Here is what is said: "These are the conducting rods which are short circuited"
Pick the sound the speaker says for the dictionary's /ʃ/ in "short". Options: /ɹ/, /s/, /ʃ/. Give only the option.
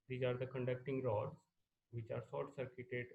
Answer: /s/